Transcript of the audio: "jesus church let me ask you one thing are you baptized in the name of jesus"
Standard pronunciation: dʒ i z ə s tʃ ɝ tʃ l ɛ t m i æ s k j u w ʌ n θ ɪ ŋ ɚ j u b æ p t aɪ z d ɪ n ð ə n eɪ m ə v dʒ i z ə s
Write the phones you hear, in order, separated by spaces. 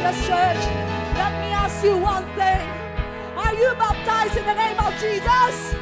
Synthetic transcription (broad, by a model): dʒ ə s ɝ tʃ l ɛ t m i æ s k j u w ʌ n θ ɪ ŋ ɚ j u b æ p t aɪ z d ɪ n ð ə n eɪ m ə v dʒ i z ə s